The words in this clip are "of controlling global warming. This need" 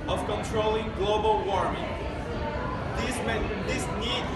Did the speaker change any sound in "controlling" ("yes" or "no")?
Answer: no